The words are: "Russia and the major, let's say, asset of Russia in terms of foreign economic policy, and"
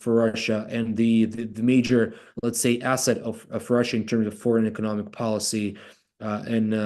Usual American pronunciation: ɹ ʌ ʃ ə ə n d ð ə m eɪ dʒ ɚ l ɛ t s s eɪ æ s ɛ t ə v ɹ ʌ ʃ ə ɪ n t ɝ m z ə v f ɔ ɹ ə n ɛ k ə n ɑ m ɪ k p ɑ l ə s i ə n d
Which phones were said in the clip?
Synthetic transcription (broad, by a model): ɹ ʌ ʃ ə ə n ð ð ə m eɪ dʒ ɚ l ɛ t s s eɪ æ s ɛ t ə v ɹ ʌ ʃ ə ɪ n t ɝ m z ə v f ɔ ɹ ə n ɛ k ə n ɑ m ɪ k p ɑ l ə s i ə n